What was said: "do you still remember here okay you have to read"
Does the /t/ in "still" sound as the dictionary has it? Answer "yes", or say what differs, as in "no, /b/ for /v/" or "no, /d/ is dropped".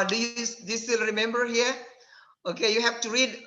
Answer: no, /s/ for /t/